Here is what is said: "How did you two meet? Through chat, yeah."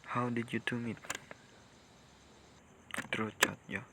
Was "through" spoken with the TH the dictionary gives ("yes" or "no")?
no